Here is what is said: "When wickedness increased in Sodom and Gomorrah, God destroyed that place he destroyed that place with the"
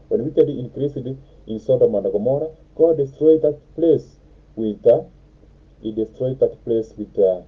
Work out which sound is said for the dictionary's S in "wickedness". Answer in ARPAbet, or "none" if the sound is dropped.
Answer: none